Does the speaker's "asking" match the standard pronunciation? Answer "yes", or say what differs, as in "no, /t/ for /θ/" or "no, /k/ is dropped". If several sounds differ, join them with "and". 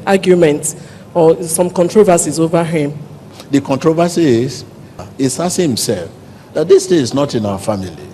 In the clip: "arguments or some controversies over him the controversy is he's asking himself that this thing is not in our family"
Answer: no, /k/ is dropped